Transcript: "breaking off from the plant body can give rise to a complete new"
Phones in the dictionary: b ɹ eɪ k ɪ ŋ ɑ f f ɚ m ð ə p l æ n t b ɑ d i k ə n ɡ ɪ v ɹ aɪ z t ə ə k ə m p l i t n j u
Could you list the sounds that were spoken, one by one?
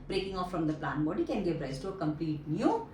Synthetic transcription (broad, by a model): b ɹ eɪ k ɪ ŋ ɑ f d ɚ m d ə p l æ n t b ɑ d i k ə n ɡ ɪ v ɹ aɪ s t ə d k ə m p l i t n j u